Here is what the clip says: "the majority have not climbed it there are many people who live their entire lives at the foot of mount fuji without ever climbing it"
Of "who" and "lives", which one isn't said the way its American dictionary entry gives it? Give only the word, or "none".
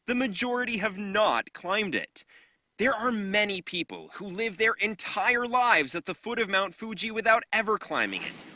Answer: none